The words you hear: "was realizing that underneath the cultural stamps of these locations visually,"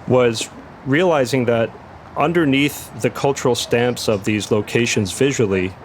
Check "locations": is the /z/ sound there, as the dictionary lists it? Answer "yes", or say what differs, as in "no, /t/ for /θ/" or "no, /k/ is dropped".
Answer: yes